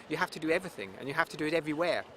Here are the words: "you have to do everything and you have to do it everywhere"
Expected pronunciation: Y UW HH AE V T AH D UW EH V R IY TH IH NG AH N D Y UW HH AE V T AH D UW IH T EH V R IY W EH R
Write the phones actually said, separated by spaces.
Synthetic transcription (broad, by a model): Y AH HH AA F T AH D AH EH V R IY TH IH NG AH N Y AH HH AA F T AH D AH IH T EH V R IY W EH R